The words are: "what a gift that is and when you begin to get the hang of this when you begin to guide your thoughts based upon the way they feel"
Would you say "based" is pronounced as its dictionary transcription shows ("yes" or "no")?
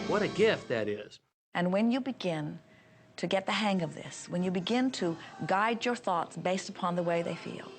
yes